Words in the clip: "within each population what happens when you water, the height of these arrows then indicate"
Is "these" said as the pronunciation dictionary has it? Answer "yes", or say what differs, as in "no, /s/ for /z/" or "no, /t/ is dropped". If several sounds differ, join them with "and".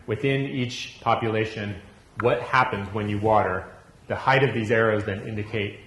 yes